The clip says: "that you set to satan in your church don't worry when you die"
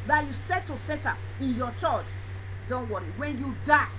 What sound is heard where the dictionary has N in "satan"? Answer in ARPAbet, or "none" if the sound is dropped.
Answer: none